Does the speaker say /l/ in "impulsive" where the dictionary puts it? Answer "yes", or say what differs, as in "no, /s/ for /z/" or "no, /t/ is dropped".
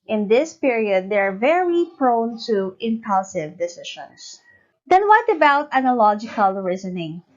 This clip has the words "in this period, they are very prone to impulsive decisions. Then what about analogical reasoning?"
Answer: yes